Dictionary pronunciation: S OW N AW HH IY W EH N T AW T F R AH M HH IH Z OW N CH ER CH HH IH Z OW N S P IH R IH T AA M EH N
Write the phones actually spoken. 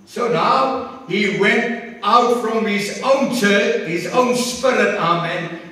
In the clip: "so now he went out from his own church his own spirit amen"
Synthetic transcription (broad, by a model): S OW N AW HH IY W EH N T AW T F R AH M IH Z OW N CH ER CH HH IH Z OW N S P IH R IH T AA M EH N